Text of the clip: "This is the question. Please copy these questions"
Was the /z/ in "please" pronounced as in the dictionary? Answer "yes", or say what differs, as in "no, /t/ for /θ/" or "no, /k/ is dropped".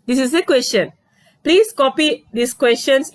no, /s/ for /z/